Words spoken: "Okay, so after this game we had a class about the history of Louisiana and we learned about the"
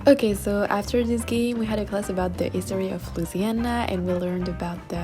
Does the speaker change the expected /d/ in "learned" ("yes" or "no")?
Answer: no